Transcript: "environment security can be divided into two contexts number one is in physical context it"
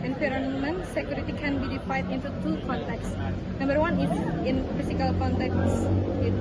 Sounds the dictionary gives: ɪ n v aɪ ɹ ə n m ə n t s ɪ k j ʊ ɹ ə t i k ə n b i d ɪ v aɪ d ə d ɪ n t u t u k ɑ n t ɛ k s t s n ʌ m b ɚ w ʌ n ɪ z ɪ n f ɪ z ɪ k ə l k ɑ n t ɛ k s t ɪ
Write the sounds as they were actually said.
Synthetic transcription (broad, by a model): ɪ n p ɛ ɹ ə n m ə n s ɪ k j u ɹ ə t i k ə n b i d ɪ f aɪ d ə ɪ n t u t u k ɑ n t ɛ k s s n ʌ m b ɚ w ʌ n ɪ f ɪ n f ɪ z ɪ k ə l k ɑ n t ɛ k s ɪ